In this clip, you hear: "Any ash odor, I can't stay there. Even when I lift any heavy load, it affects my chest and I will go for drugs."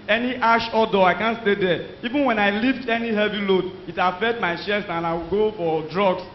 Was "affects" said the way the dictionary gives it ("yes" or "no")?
no